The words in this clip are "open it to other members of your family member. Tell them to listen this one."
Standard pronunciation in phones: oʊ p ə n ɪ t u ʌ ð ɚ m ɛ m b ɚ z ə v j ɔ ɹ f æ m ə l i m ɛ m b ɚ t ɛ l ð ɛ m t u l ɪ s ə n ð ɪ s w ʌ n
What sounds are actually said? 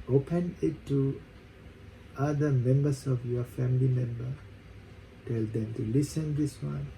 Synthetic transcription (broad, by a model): oʊ p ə n ɪ t u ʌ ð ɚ m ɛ m b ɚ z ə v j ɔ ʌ f æ m ə l i m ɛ m b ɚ t ɛ l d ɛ m t u l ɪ s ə n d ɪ s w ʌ n